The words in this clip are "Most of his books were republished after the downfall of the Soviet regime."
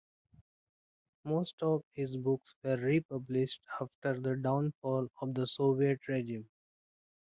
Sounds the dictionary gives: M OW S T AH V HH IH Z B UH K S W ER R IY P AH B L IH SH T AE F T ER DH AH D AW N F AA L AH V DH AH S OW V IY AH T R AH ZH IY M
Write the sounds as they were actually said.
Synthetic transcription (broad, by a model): M OW S T AH V HH IH Z B UH K S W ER R IY P AH B L IH SH T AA F T ER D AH D AW N F AA L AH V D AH S OW V IY AH T R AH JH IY M